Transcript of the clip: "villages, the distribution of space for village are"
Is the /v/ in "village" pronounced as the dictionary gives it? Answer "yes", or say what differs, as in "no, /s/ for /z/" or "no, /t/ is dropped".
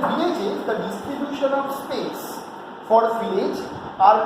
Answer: no, /f/ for /v/